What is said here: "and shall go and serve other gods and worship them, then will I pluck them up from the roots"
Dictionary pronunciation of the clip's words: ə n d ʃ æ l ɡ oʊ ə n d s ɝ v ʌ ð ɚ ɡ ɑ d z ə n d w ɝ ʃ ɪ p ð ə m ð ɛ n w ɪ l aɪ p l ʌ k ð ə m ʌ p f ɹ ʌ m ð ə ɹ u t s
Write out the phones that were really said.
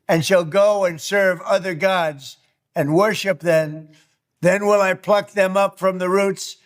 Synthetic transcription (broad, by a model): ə n ʃ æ l ɡ oʊ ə n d s ɝ v ʌ ð ɚ ɡ ɑ d z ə n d w ɝ ʃ ɪ p ð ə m ð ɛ n w ɪ l aɪ p l ʌ k ð ə m ʌ p f ɹ ʌ m ð ə ɹ u t s